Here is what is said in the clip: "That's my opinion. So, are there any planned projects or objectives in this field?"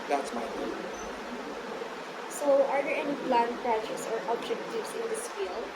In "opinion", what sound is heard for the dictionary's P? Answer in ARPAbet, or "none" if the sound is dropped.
none